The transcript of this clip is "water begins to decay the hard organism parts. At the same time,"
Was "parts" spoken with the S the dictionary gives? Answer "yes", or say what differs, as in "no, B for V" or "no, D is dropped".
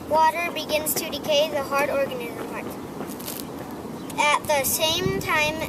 no, S is dropped